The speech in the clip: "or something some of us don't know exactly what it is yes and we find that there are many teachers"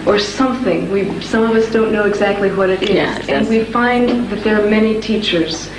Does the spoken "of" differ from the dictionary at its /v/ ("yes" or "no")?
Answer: no